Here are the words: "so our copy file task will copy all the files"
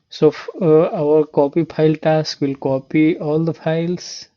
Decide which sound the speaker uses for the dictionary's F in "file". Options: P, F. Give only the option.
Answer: P